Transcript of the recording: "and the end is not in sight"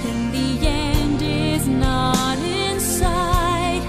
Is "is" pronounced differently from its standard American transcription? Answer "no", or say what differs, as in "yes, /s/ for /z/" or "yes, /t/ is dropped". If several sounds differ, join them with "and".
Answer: no